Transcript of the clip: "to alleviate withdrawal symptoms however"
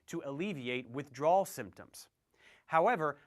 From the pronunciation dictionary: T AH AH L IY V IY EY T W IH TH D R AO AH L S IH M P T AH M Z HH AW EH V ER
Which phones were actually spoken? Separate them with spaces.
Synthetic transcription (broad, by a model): T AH AH L IY V IY EY T W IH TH D R AO L S IH M P T AH M Z HH AW EH V ER